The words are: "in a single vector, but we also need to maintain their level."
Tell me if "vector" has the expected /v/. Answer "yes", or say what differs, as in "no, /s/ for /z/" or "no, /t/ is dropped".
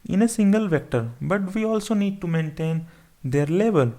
yes